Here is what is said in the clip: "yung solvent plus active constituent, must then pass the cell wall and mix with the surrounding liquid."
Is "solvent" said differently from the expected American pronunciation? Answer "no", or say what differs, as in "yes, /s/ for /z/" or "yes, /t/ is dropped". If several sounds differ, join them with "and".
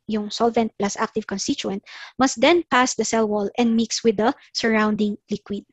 no